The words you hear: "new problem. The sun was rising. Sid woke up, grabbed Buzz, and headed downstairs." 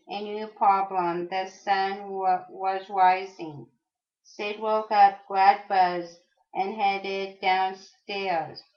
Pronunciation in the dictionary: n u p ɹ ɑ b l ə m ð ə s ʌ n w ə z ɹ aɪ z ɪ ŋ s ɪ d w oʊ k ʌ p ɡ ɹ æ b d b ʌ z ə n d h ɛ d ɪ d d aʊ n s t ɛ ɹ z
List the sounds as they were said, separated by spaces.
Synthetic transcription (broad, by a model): n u p ɹ ɑ b l ə m ð ə s ʌ n w ə z ɹ aɪ z ɪ ŋ s ɪ d w oʊ k ʌ p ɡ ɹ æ d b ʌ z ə n h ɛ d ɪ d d aʊ n s t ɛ ɹ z